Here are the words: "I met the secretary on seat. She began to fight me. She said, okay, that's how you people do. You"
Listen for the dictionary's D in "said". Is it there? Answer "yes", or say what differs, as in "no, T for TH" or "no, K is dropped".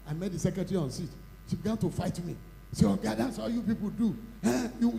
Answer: no, D is dropped